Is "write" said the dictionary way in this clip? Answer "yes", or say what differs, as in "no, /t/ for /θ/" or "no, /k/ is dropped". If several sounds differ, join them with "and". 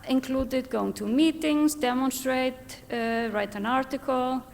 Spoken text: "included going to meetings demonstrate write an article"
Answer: yes